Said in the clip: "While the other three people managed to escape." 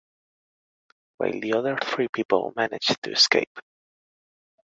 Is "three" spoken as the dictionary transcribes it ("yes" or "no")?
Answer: yes